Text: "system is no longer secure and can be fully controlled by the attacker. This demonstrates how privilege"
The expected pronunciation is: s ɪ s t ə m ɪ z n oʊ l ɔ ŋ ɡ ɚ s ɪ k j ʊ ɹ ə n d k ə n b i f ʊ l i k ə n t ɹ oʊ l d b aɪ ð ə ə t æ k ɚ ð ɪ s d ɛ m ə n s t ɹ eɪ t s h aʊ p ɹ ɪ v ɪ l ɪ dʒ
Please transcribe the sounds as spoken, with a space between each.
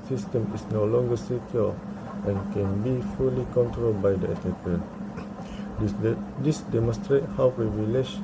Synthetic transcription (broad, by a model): s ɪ s t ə m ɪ s n oʊ l ɔ ŋ ɡ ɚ s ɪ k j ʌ l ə n k ə n b i f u l i k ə n t ɹ oʊ l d b aɪ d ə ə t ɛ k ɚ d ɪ s d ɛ m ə n s t ɹ eɪ t h aʊ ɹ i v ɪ l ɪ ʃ